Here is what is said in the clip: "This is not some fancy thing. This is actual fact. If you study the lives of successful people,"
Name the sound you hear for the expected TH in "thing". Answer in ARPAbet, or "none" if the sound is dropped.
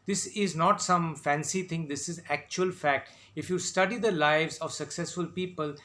T